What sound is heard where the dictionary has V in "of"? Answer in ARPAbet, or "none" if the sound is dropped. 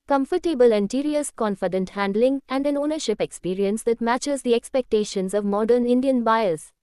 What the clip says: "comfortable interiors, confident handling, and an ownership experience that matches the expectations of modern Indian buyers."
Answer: V